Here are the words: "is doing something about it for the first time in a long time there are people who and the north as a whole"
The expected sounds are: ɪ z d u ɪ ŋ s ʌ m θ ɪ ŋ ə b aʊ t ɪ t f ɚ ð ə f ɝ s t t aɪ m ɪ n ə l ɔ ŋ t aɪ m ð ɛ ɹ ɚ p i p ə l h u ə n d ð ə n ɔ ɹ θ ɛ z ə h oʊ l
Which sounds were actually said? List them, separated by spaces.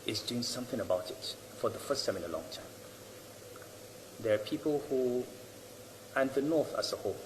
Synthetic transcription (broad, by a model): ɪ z d u ɪ ŋ s ʌ m θ ɪ ŋ ə b aʊ t ɪ t f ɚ ð ə f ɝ s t s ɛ m ɪ n ə l ɔ ŋ t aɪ m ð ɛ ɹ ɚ p i p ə l h u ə n ð ə n ɔ ɹ θ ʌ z ə h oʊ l